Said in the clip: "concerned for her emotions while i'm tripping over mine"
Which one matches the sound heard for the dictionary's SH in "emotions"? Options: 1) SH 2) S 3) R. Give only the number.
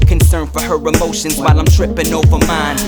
1